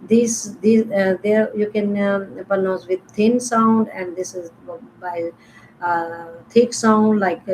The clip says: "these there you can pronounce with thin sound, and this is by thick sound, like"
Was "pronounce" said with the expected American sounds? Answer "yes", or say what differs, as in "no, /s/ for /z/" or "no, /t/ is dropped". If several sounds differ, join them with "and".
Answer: no, /ɹ/ is dropped and /n/ is dropped